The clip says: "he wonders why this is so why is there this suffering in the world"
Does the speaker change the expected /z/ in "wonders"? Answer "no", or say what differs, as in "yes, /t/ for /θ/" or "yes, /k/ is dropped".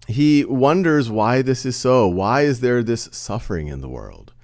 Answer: no